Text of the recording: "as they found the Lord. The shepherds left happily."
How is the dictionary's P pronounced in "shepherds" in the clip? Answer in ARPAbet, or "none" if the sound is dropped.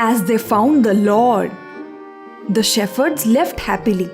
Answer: F